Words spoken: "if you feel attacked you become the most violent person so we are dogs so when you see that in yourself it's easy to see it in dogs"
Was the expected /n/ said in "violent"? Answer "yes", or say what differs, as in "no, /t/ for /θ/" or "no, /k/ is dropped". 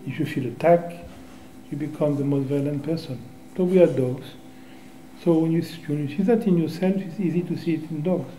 yes